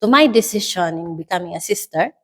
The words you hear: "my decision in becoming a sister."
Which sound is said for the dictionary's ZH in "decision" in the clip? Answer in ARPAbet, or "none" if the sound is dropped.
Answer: SH